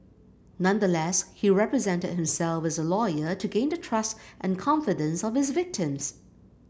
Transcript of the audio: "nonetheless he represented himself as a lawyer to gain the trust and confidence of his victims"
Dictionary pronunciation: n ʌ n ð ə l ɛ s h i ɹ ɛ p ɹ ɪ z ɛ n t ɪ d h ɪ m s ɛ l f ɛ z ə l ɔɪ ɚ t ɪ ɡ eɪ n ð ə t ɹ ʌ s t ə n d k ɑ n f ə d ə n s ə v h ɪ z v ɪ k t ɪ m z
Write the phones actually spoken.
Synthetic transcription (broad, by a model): n ʌ n ð ə l ɛ s h i ɹ ɛ p ɹ ɪ z ɛ n t ɪ d h ɪ m s ɛ l f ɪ z ə l ɔɪ ɚ t ɪ ɡ eɪ n ð ə t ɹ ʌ s t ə n k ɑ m f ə d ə n s ə v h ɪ z v ɪ k t ɪ m z